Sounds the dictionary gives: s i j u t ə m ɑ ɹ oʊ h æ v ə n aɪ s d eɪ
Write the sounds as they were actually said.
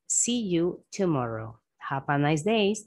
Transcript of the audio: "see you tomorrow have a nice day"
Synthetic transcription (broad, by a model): s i j u t ə m ɑ ɹ oʊ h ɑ p ə n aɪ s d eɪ